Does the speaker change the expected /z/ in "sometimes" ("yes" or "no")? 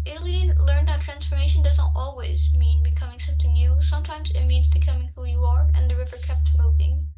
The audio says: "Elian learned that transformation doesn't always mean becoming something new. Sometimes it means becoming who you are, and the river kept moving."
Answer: no